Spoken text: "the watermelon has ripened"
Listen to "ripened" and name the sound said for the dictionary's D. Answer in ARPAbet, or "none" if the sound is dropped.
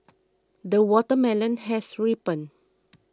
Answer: none